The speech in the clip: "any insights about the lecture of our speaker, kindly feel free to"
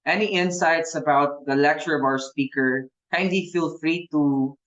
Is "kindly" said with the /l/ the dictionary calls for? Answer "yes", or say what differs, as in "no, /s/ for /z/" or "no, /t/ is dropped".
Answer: no, /l/ is dropped